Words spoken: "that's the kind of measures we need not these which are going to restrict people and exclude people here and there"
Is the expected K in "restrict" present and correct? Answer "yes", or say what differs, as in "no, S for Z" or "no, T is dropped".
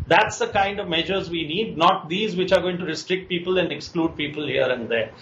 yes